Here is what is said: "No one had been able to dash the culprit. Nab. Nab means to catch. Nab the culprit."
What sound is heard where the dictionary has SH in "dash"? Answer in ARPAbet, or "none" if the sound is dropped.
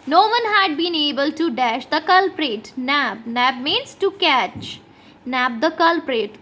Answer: SH